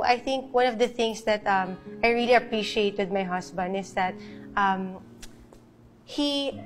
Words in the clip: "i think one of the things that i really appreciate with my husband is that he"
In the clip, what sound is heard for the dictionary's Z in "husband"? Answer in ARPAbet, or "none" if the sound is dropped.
S